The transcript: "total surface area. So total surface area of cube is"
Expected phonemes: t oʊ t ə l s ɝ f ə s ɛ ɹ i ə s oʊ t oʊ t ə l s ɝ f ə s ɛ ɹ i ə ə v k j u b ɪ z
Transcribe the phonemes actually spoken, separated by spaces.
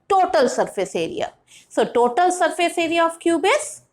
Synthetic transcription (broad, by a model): t oʊ t ə l s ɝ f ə s ɛ ɹ i ə s oʊ t oʊ t ə l s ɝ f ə s ɛ ɹ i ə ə f k j u b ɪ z